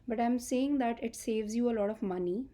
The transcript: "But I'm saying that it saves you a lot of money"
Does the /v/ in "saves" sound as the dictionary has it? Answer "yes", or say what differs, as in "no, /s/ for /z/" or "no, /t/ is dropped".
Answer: yes